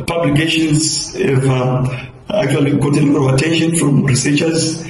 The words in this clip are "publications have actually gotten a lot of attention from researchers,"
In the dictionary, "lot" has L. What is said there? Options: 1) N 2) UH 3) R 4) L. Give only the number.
1